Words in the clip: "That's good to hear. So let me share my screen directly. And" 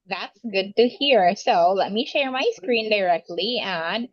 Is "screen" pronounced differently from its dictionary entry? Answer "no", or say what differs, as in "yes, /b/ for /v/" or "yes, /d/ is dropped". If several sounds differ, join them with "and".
no